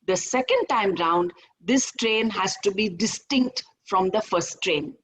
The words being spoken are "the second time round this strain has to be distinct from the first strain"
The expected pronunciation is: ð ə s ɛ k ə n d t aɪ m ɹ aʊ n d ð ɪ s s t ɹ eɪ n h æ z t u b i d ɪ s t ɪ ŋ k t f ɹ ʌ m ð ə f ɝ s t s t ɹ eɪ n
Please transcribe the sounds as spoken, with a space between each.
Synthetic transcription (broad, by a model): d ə s ɛ k ə n d t aɪ m ɹ aʊ n d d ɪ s s t ɹ eɪ n h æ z t u b i d ɪ s t ɪ ŋ k t f ɹ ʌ m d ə f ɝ t s t ɹ eɪ n